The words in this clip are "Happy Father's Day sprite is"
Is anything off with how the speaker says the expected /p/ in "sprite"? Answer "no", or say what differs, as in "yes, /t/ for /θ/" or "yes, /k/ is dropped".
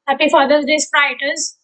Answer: yes, /p/ is dropped